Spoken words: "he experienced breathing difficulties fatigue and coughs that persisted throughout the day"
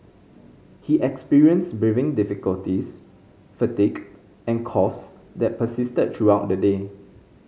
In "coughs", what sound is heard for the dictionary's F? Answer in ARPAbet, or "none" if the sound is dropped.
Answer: none